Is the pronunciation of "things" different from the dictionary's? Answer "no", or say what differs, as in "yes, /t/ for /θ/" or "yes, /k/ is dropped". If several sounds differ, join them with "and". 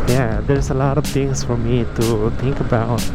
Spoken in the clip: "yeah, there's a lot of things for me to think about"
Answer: yes, /t/ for /θ/ and /s/ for /z/